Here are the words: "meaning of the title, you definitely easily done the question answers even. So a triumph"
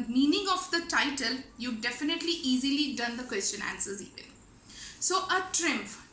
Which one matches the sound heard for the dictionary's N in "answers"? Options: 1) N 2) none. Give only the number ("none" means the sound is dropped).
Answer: 1